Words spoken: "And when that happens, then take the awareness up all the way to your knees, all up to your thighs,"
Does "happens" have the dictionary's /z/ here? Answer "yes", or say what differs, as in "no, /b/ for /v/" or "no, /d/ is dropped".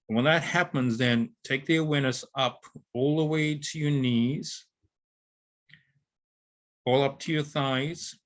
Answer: yes